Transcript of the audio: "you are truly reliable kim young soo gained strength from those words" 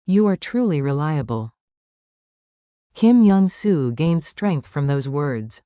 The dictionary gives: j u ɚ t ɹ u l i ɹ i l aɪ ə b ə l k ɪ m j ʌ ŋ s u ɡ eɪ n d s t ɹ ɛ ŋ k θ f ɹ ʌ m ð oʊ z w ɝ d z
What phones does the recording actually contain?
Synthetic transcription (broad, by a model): j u ɚ t ɹ u l i ɹ i l aɪ ə b ə l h ɪ m j ʌ ŋ s u ɡ eɪ n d s t ɹ ɛ ŋ k θ f ɹ ʌ m ð oʊ z w ɝ d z